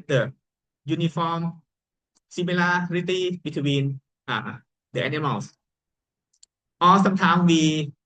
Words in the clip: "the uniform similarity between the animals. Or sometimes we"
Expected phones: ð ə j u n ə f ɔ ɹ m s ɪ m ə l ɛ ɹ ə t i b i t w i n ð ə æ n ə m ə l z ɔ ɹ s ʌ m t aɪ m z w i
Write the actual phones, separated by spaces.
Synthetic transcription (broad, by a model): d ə j u n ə f ɔ m s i m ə l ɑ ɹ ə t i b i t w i n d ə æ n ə m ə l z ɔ l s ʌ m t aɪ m w i